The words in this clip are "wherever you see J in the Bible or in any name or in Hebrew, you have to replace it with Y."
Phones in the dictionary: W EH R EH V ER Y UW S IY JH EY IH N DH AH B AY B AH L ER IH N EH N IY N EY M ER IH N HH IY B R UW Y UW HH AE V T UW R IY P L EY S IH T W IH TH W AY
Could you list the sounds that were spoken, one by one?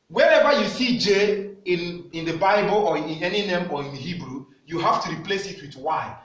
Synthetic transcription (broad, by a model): W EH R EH V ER Y UW S IY JH EY IH N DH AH B AY B AH L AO IH N EH N IY N EY M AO IH N HH IY B R UW Y UW HH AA F T UW R IY P L EY S IH T W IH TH W AY